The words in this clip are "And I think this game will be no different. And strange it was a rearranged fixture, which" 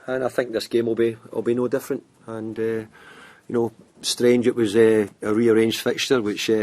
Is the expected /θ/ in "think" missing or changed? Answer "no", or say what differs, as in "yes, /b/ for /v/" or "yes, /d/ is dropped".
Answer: no